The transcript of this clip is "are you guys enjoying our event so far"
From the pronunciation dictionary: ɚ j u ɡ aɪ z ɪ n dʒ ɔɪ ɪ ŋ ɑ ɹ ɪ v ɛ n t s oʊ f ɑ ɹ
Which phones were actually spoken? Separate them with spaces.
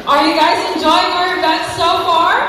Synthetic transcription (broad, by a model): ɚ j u ɡ aɪ z ɪ n dʒ ɔɪ ɪ ŋ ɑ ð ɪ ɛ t s oʊ f ɑ ɹ